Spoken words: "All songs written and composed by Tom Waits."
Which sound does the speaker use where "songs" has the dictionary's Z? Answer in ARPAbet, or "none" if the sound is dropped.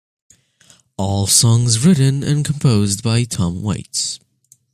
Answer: Z